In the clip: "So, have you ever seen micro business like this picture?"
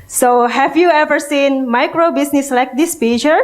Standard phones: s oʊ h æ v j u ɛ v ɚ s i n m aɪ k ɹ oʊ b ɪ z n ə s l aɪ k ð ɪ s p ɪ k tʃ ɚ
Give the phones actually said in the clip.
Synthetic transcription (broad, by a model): s oʊ h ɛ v j u ɛ v ɚ s i n m aɪ k ɹ oʊ b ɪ s n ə s l aɪ k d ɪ s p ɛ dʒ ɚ